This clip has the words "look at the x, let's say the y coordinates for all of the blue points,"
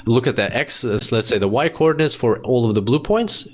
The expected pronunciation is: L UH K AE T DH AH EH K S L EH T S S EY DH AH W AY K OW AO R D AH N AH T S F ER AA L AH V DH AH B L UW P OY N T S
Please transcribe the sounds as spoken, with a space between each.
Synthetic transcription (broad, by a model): L UH K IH T DH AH EH K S L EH T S S EY DH AH W AY K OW AO R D N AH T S F ER AA L AH V DH AH B L UW P OY N T S